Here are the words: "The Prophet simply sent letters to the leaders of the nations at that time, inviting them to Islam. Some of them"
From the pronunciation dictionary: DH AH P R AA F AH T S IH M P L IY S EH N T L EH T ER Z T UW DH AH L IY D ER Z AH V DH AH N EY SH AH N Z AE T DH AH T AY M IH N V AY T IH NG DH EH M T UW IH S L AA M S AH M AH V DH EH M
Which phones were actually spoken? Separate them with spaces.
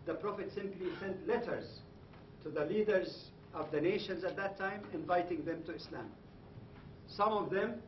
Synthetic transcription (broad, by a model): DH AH P R AA F AH T S IH M P L IY S EH N T L EH T ER Z T UW DH AH L IY D ER Z AH V DH AH N EY SH AH N Z AE T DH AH T AY M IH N V AY T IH NG DH EH M T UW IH S L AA M S AH M AH V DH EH M